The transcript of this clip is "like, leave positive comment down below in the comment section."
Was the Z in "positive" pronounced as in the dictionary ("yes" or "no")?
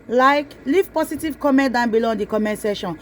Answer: no